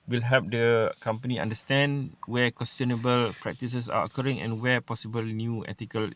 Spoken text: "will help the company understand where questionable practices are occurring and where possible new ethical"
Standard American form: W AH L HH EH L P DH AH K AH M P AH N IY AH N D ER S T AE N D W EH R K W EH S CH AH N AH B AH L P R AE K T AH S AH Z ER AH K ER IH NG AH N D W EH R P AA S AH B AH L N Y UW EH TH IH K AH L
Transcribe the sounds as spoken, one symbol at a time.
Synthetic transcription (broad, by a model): W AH L HH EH P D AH K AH M P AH N IY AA N D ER S T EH N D W EH K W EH S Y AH N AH B AH L P R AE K T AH S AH S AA AH K ER IH NG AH N W EH P AA S AH B AH L N Y UW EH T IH K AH L